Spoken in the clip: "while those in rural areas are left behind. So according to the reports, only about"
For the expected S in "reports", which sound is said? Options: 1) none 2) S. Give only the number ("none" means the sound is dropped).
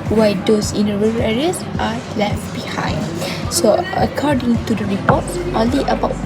1